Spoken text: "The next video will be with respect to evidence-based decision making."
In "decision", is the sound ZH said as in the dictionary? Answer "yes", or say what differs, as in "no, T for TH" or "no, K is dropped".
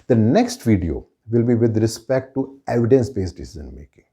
no, Z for ZH